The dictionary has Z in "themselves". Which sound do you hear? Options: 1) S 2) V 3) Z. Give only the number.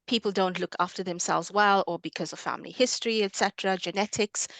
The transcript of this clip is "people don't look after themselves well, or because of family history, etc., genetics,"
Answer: 3